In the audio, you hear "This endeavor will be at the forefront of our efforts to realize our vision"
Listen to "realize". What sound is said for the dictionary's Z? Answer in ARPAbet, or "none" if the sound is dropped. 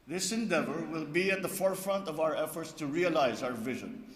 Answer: Z